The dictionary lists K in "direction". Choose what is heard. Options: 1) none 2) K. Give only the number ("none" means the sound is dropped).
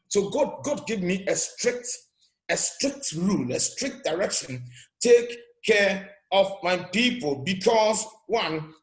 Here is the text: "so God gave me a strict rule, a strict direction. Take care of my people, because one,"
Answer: 2